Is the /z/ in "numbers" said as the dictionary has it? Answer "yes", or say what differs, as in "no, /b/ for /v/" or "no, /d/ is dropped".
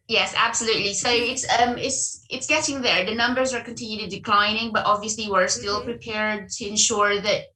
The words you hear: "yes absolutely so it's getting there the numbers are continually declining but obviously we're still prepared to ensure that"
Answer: yes